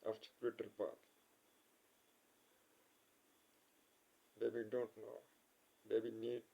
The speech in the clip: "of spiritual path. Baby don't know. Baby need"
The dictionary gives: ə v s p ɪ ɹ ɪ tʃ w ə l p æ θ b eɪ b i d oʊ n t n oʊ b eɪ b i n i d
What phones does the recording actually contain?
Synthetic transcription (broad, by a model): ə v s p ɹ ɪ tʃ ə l p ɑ t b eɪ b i d oʊ n t n oʊ b eɪ b i n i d